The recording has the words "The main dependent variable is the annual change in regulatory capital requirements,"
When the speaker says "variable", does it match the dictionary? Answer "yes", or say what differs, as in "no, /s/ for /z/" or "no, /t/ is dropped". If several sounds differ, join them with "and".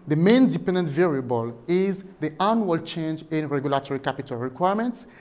yes